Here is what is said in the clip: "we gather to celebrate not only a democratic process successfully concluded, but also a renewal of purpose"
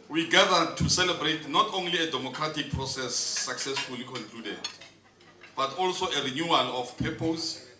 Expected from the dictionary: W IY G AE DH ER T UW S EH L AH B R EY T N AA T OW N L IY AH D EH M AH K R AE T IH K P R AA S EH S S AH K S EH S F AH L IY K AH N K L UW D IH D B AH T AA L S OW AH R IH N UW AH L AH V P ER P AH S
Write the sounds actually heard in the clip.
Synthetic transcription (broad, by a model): W IY G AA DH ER T UW S EH L AH B R EY T N AA T OW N L IY AH D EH M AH K R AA T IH K P R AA S EH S S AH K S EH S F AH L IY K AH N K L UW D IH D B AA T AA L S OW AH R IH N UW AH L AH F P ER P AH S